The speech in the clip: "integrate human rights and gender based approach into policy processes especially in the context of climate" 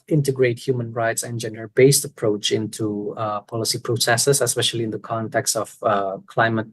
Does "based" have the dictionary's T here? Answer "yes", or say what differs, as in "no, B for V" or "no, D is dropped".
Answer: yes